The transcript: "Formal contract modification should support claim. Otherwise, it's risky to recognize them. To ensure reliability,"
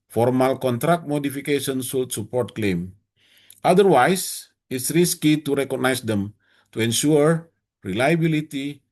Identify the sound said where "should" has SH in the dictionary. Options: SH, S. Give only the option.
S